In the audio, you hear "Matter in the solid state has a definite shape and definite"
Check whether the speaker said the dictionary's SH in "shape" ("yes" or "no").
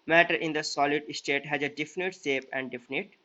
no